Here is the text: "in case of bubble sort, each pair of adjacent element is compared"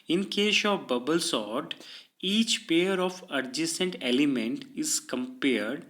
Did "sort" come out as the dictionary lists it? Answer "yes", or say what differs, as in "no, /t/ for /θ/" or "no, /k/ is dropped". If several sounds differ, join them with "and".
yes